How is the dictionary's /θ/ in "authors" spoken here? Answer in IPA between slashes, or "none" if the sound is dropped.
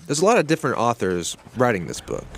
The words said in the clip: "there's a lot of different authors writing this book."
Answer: /θ/